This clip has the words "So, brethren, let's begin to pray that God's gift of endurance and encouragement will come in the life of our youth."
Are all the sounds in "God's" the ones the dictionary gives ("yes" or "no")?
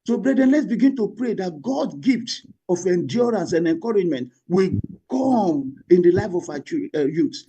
no